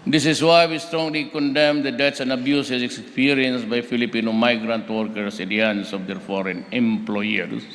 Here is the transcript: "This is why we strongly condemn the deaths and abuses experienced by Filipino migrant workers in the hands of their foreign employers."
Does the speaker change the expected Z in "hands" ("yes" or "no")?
yes